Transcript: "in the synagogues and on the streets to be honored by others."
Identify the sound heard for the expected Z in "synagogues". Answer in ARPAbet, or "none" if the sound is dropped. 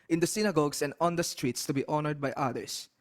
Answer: S